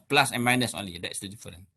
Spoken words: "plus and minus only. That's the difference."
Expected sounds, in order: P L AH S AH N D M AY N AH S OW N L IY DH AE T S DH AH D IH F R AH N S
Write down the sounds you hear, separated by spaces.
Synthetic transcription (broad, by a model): P L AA S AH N M AY N AH S OW N L IY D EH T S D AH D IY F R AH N